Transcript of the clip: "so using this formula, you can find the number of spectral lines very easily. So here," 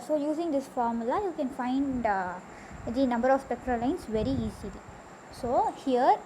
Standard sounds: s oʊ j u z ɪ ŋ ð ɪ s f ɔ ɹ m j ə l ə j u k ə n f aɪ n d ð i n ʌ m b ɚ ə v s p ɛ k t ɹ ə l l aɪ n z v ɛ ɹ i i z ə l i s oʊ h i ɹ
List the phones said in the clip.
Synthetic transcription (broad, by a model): s oʊ j u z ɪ ŋ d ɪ s f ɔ ɹ m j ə l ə j u k ə n f aɪ n d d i n ʌ m b ɚ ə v s p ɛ k t ɹ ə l l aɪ n s v ɛ ɹ i i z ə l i s oʊ h i ɹ